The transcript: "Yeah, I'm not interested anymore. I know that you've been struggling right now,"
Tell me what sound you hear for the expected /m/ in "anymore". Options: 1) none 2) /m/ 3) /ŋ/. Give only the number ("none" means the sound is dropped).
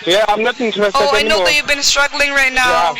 1